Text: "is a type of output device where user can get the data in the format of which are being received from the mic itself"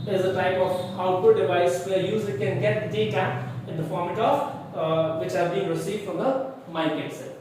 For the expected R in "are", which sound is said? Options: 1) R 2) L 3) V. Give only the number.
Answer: 2